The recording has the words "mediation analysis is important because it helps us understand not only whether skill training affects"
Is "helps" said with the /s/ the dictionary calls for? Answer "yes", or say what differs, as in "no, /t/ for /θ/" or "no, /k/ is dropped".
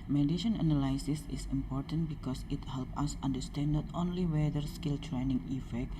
no, /s/ is dropped